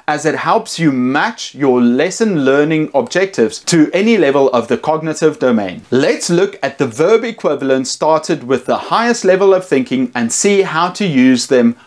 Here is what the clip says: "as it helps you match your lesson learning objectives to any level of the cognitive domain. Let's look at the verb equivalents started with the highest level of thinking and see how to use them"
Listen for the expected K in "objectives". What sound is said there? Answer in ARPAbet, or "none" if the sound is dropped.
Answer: K